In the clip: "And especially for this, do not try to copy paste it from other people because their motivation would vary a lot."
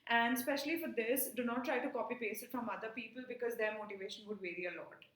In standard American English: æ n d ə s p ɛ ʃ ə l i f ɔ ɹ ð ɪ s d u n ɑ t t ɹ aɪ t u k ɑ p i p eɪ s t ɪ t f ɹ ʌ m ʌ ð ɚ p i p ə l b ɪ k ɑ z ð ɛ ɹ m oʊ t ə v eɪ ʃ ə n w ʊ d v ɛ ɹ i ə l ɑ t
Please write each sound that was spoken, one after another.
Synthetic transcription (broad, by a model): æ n d s p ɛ ʃ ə l i f ɔ ɹ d ɪ s d u n ɑ t t ɹ aɪ t u k ɑ p i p eɪ s ɪ t f ɹ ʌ m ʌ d ɚ p i p ə l b ɪ k ɑ z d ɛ ɹ m oʊ t ə v eɪ ʃ ə n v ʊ d v ɛ ɹ i ə l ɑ t